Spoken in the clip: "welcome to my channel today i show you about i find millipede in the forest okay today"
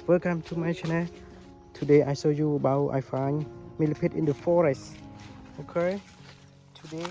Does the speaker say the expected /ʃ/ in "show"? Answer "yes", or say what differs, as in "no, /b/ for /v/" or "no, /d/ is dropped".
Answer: no, /s/ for /ʃ/